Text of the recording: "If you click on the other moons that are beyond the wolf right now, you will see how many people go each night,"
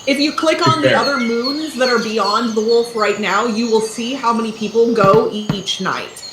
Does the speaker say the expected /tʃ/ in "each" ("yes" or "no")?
yes